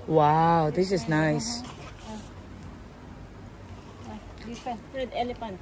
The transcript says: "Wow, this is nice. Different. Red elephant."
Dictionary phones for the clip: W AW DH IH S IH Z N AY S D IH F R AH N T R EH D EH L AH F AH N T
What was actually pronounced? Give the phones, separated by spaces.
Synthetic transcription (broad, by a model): W AW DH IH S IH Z N AY S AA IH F AH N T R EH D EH L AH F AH N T